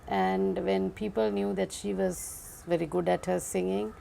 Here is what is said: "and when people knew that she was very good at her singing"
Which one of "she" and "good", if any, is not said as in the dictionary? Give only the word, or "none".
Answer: none